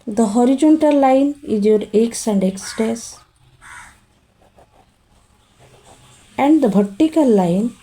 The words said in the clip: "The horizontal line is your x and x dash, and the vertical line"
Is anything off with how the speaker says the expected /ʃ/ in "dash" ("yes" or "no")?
yes